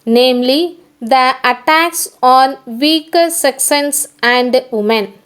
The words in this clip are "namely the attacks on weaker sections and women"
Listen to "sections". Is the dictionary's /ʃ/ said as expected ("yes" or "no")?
no